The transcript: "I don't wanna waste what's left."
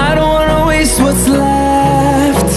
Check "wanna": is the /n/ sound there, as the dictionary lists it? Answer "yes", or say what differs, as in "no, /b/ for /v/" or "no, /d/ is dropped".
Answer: no, /n/ is dropped